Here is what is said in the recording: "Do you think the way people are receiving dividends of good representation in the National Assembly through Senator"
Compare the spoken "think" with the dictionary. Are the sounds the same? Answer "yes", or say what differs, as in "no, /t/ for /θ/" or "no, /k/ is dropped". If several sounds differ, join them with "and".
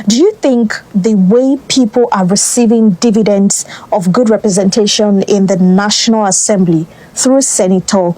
yes